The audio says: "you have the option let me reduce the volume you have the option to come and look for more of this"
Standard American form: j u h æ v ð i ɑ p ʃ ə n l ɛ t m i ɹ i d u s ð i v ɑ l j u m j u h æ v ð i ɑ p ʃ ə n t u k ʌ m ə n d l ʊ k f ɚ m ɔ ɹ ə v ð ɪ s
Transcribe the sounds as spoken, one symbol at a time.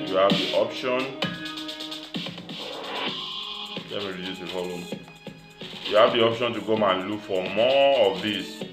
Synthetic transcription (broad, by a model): j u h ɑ v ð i ɑ p ʃ ə n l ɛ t m i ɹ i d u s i f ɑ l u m j u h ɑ v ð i ɑ p ʃ ə n t u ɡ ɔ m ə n l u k f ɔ m ɔ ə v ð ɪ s